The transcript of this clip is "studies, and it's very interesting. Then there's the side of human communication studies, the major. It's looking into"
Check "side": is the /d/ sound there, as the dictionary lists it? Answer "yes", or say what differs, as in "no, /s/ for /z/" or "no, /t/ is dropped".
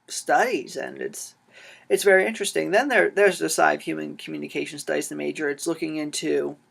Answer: no, /d/ is dropped